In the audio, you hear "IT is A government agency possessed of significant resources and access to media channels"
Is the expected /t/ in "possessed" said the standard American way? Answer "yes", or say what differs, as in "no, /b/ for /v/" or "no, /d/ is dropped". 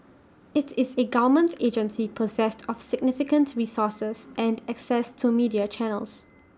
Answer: yes